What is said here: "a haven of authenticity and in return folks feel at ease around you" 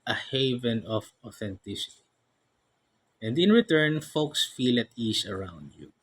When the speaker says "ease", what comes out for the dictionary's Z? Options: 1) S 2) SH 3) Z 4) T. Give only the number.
1